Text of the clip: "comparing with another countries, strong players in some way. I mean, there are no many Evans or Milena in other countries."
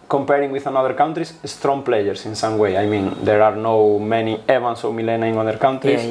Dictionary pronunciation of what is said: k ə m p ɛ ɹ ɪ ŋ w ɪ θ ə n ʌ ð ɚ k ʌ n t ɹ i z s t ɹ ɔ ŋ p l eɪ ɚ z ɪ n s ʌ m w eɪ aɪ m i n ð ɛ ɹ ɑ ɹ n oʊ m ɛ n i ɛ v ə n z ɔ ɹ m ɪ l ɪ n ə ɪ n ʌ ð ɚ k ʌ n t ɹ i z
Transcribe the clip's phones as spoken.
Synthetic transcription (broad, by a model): k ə m p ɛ ɹ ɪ ŋ w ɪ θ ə n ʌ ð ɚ k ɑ n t ɹ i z s t ɹ ɔ ŋ p l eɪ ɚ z ɪ n s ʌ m w eɪ aɪ m i n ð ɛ ɹ ɑ ɹ n oʊ m ɛ n i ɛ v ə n s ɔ w m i l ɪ n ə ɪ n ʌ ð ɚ k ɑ n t ɹ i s